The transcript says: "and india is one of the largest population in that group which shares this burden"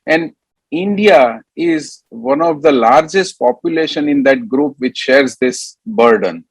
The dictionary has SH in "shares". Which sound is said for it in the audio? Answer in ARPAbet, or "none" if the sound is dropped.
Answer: SH